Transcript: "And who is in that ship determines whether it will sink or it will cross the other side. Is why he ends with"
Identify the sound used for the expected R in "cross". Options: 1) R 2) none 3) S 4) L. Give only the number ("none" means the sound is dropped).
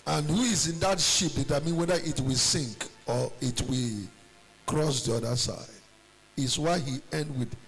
1